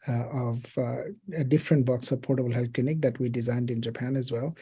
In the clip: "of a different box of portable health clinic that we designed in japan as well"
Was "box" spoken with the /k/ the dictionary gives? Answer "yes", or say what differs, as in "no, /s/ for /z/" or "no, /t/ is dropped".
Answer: yes